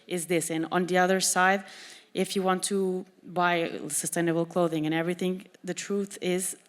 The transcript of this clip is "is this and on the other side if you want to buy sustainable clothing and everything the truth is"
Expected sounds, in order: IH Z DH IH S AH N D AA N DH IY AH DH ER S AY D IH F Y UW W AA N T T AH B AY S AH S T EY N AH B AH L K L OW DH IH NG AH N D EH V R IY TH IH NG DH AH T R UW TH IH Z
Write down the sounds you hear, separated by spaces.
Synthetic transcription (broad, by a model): IH Z DH IH S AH N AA N DH IY AH DH ER S AY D IH F Y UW W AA N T T AH B AY S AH S T EY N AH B L K L OW DH IH NG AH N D EH V R IY TH IH NG DH AH T R UW TH IH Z